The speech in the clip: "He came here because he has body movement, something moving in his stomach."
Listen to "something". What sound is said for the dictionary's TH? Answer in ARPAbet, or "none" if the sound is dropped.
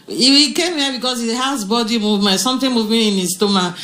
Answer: T